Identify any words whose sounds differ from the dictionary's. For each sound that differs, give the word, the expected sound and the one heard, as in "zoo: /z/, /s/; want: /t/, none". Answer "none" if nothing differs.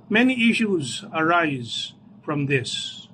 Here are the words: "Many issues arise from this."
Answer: none